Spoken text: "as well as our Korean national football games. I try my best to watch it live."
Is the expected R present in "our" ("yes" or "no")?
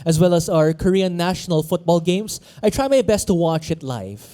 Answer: yes